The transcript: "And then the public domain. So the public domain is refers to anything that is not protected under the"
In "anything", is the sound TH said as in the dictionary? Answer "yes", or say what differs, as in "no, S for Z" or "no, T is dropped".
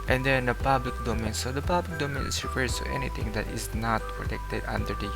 no, T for TH